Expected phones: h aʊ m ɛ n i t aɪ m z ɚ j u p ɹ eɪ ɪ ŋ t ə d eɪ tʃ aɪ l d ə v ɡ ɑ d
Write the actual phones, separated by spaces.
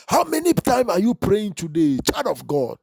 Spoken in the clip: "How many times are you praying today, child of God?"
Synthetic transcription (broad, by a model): h aʊ m ɛ n i t aɪ m s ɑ j u p ɹ eɪ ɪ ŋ t ə d eɪ tʃ aɪ d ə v ɡ ɑ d